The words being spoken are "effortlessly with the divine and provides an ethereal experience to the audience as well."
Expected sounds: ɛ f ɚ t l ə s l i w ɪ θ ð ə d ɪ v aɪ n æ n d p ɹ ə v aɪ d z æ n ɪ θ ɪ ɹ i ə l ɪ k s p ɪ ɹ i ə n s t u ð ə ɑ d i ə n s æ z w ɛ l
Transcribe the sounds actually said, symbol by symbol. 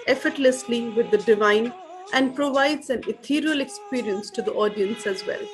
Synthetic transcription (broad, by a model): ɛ f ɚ t l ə s l i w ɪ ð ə d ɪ v aɪ n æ n d p ɹ ə v aɪ d z æ n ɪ t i ɹ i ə l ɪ k s p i ɹ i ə n s t u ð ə ɑ d i ə n s æ z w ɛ l